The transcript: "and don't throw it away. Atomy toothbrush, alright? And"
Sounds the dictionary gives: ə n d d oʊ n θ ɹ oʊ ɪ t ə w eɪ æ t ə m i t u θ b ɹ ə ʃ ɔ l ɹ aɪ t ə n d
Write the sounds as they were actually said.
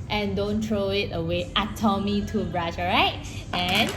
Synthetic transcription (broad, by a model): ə n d d oʊ n t ɹ oʊ ɪ t ə w eɪ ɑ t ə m i t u b ɹ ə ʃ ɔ ɹ aɪ t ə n